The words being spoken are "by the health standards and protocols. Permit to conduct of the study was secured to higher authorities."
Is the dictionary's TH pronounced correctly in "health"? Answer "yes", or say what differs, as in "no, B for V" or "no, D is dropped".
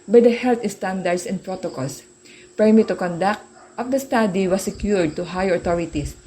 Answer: no, T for TH